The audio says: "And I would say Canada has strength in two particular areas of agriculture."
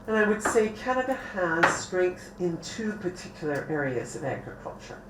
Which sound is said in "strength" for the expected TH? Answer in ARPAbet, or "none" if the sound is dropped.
TH